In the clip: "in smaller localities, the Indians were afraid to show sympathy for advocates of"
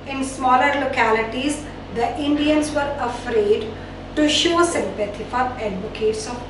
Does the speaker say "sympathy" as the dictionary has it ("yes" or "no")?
no